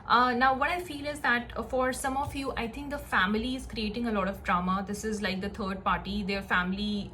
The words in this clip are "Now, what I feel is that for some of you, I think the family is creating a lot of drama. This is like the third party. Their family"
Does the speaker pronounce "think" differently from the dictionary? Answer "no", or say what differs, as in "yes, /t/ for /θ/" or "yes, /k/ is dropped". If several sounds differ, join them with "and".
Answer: yes, /t/ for /θ/